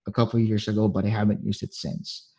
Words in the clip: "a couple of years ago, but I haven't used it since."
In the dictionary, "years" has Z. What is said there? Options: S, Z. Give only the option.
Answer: Z